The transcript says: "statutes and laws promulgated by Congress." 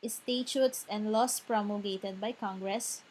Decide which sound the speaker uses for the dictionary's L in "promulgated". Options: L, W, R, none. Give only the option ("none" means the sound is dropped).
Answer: none